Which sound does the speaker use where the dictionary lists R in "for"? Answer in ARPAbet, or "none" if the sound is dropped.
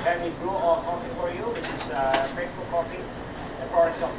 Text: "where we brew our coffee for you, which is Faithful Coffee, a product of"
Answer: R